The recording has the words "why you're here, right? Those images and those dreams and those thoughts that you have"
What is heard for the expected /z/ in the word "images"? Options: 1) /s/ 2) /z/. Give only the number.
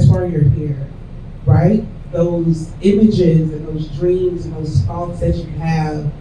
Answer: 2